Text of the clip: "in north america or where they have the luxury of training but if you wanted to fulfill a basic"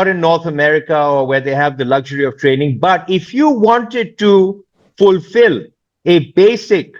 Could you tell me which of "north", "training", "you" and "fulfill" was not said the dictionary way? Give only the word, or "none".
north